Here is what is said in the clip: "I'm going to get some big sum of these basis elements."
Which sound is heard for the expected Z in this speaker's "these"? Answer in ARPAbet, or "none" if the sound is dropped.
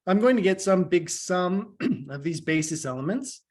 Z